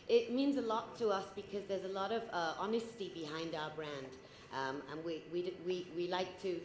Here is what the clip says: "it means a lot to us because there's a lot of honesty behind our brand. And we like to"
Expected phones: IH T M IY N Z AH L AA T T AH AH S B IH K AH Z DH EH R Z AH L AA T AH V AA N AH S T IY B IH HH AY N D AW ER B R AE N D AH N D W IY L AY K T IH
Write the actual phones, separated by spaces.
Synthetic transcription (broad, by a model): IH T M IY N Z AH L AA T T AH AH S B IH K AH Z DH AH R Z AH L AA T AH V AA N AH S T IY B IH HH AY N D AW ER B R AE N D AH N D W IY L AY K T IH